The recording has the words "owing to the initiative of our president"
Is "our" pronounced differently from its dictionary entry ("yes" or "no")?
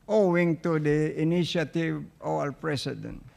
yes